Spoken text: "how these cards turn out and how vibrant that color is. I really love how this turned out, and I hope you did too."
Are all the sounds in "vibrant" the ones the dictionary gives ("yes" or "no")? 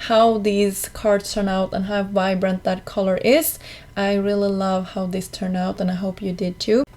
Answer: yes